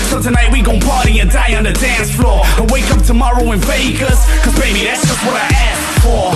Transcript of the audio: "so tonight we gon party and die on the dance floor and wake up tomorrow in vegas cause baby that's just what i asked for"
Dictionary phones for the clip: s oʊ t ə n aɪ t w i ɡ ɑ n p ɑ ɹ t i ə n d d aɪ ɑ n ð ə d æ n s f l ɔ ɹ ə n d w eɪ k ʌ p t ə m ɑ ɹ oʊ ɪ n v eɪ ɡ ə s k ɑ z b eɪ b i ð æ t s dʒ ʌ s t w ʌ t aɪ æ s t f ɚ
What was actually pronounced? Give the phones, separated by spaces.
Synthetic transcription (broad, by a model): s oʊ t ə n aɪ t w i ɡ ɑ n p ɑ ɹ t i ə d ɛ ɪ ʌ n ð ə d æ n s f l ɔ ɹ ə w eɪ k ʌ p t ə m ɑ ɹ oʊ ɪ n f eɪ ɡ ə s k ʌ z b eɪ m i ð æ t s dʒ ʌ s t w ʌ t aɪ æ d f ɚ